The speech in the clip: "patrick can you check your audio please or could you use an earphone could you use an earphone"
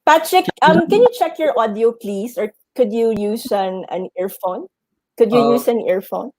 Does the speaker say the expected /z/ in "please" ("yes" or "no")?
no